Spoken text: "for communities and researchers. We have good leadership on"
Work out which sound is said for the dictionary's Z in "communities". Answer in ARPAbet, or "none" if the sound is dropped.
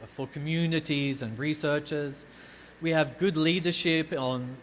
Z